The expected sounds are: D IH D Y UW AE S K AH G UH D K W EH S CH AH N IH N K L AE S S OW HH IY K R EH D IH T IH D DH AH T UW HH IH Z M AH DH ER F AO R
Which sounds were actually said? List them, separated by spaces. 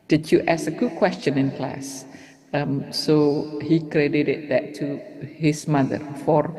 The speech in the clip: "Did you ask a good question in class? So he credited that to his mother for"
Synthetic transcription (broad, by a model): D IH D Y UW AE S AH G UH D K W EH S CH AH N IH N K L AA S S OW HH IY K R EH D IH T IH D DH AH T UW HH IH S M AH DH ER F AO R